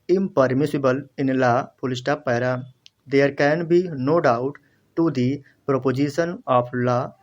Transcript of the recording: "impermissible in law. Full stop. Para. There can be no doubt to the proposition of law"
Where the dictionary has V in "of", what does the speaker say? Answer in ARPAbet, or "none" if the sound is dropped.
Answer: P